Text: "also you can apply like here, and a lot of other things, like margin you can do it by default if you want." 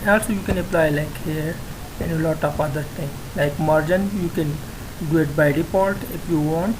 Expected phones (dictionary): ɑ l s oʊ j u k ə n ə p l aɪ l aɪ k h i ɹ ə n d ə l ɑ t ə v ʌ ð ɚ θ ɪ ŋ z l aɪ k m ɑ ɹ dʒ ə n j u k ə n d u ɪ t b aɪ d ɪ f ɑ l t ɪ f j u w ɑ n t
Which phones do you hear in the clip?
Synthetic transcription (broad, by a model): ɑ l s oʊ j u k ə n ə p l aɪ l aɪ k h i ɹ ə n ə l ɑ t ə f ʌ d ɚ t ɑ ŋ l aɪ k m ɑ ɹ dʒ ə n j u k ə n d u ɪ t b aɪ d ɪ p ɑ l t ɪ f j u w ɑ n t